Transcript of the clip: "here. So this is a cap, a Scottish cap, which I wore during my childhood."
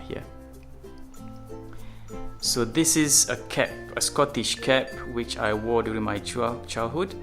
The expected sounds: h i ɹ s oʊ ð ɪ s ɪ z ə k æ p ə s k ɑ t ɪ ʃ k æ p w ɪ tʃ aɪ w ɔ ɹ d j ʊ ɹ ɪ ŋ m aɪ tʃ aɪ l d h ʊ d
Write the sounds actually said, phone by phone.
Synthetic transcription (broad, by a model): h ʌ s oʊ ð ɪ s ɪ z ə k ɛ p ə s k ɑ t ɪ ʃ k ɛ p w ɪ tʃ aɪ w ɔ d j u ɹ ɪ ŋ m aɪ tʃ aɪ l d h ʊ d